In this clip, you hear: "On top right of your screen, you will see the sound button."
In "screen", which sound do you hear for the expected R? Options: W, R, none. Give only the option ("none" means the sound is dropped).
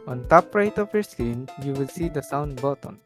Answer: none